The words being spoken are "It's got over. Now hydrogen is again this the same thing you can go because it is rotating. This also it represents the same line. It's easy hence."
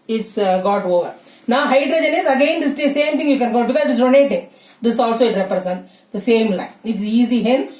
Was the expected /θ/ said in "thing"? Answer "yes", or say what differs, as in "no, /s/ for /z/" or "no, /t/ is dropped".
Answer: no, /t/ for /θ/